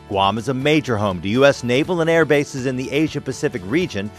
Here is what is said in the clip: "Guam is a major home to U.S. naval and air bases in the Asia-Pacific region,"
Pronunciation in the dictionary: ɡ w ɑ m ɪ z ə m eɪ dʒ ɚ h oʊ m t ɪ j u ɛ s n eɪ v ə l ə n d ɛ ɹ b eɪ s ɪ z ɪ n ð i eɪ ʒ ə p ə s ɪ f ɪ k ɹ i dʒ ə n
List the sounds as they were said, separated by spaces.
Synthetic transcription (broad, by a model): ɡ w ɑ m ɪ z ə m eɪ dʒ ɚ h oʊ m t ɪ j u ɛ s n eɪ v l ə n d ɛ ɹ b eɪ s ɪ z ɪ n ð i eɪ ʒ ə p ə s ɪ f ɪ k ɹ i dʒ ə n